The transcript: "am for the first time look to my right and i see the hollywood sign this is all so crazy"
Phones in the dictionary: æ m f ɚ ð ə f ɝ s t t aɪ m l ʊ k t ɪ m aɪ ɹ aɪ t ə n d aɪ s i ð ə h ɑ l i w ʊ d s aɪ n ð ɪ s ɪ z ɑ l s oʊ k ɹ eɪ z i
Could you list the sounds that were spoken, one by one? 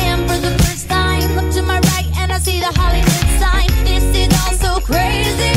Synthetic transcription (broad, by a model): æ m f ɚ ð ə f ɝ s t t aɪ m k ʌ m t ɪ m aɪ ɹ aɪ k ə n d aɪ s i ð ə h ɑ l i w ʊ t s aɪ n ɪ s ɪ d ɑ n s oʊ k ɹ eɪ z i